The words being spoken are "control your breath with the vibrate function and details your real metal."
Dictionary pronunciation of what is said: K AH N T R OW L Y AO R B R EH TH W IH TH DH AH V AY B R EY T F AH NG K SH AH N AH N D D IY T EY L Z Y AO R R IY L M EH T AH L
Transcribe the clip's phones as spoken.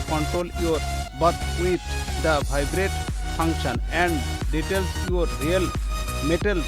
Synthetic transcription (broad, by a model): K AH N T R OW L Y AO R B AH T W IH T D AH B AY B R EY T P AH NG K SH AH N AH N D D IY T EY L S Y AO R R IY L M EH T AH L